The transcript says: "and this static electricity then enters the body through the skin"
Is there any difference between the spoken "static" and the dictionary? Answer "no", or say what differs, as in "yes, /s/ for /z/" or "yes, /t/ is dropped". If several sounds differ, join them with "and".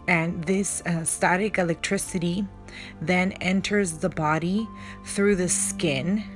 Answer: no